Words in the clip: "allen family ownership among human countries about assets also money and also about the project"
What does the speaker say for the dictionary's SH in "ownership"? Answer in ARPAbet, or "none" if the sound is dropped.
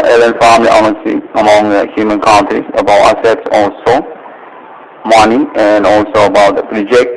S